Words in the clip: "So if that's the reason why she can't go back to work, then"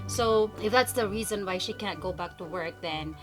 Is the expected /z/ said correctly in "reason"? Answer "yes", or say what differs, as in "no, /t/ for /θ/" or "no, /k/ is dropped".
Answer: yes